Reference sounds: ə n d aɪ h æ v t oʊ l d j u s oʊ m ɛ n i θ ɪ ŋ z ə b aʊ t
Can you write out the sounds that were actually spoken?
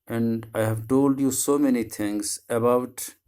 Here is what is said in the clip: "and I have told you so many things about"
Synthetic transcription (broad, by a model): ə n d aɪ h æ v t oʊ l d j u s oʊ m ɛ n i t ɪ ŋ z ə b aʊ t